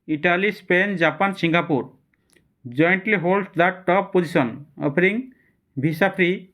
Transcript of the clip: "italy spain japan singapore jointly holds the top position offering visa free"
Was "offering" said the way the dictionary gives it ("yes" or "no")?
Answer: no